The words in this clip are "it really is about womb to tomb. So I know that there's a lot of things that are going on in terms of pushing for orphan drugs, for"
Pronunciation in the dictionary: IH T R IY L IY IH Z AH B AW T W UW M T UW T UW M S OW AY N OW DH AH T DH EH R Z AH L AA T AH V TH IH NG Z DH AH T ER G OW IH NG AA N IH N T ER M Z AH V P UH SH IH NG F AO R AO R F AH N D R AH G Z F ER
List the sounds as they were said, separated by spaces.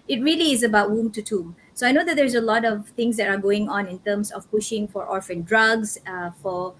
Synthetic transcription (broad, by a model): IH T R IY L IY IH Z AH B AW T W UW M T UW T UW M S OW AY N OW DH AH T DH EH R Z AH L AA T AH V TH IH NG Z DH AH T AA G OW IH NG AA N IH N T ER M S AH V P UH SH IH NG F AO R AO R F AH N D R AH G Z F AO